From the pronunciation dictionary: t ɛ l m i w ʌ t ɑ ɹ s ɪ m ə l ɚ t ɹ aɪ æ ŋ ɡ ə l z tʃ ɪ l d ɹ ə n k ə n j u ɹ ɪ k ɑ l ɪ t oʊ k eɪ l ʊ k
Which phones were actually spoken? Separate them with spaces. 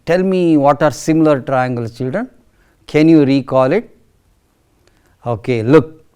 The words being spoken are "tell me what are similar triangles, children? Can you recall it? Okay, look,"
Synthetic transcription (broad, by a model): t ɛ l m i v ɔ t ɑ ɹ s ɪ m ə l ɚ t ɹ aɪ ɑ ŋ ɡ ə l tʃ ɪ l d ɹ ə n k ə n j u ɹ ɪ k ɑ l ɪ t oʊ k eɪ l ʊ k